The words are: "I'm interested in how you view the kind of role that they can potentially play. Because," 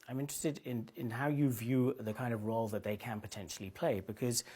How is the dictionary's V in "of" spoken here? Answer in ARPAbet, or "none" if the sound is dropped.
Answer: V